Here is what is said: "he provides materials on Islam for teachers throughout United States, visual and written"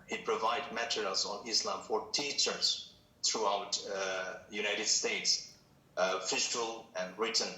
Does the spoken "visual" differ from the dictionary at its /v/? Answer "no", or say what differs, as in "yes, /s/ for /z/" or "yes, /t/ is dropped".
yes, /f/ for /v/